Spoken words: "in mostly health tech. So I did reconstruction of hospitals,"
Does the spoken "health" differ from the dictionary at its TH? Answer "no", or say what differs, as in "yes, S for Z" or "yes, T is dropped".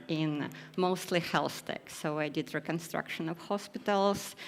yes, S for TH